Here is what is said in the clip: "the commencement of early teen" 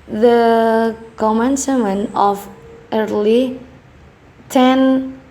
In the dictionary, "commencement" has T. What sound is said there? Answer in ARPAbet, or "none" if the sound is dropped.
none